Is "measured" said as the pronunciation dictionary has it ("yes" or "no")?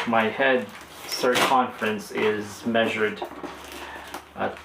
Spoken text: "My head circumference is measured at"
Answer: yes